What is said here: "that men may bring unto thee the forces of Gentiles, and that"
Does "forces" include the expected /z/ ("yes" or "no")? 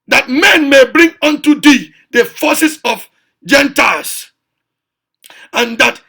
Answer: no